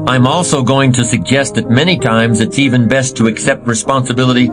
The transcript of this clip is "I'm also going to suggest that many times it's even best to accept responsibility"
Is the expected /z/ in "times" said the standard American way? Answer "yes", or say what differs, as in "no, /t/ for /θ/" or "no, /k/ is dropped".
yes